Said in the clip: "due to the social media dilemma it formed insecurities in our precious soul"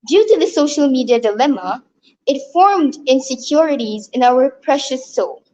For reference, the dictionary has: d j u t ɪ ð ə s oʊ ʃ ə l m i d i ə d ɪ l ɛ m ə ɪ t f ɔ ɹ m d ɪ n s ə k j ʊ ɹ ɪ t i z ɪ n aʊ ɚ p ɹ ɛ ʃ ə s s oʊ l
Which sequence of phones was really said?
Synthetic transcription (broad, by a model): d j u t ɪ ð ə s oʊ ʃ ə l m i d i ə d ɪ l ɛ m ə ɪ t f ɔ ɹ m d ɪ n s ə k j ʊ ɹ ɪ t i z ɪ n aʊ ɚ p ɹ ɛ ʃ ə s s oʊ l